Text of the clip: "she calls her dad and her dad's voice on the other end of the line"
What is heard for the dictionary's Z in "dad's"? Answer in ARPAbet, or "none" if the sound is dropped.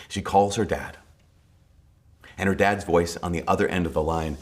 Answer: Z